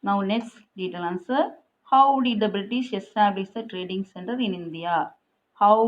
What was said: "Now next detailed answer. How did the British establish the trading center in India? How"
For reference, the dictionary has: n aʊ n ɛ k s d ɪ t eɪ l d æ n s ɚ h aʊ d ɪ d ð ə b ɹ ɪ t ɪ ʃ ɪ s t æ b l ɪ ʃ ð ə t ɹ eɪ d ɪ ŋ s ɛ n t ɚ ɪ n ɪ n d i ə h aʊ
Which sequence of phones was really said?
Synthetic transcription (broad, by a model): n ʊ n ɛ k s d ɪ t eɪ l ʌ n s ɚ h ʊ d ɪ d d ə b ɹ ɪ t ɪ ʃ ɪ s t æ b l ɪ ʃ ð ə t ɹ eɪ d ɪ ŋ s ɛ n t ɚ ɪ n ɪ n d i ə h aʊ